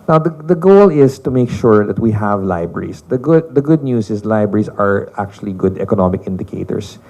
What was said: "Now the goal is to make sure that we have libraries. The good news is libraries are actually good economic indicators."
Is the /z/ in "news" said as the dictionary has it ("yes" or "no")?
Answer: no